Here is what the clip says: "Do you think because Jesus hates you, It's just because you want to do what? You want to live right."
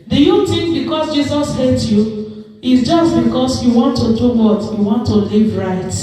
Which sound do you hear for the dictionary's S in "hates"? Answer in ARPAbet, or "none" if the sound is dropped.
none